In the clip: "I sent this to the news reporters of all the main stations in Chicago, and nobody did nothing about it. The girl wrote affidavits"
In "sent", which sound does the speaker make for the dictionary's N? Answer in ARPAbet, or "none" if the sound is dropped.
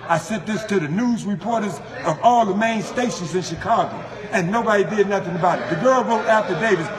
none